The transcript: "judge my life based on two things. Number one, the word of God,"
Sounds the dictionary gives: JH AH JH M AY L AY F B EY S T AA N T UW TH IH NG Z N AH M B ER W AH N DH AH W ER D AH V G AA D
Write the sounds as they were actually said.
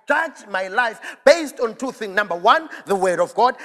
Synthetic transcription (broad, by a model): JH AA JH M AY L AY F B EY S T AA N T UW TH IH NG N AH M B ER W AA N DH AH W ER D AH V G AA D